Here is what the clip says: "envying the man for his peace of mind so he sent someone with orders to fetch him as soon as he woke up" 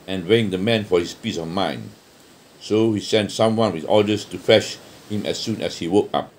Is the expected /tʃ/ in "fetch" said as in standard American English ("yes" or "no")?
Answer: no